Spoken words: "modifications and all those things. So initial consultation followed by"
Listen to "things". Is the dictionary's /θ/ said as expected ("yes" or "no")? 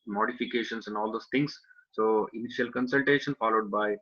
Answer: no